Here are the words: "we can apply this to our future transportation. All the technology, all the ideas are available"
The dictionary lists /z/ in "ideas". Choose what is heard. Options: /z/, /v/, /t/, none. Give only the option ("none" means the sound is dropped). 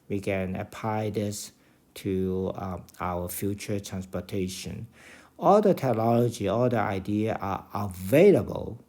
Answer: none